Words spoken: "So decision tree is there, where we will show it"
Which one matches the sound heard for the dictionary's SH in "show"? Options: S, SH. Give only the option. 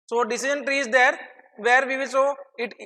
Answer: S